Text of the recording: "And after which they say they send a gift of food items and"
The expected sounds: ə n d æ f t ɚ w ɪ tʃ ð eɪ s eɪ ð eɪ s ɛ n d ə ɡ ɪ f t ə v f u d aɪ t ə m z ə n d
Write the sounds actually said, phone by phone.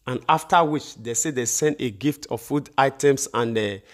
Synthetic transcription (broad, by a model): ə n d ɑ f t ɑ w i tʃ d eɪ s eɪ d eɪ s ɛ n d ə ɡ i f t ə f u d aɪ t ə m s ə n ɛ